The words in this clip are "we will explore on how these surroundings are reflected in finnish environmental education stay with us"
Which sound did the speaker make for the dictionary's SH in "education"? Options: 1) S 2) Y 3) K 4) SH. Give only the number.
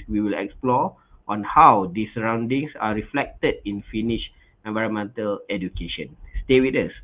4